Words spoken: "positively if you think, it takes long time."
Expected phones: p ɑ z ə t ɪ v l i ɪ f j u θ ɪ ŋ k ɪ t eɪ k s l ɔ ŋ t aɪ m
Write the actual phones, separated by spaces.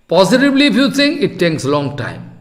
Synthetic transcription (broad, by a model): p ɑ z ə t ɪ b l i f j u s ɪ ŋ ɪ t eɪ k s l ɔ ŋ t aɪ m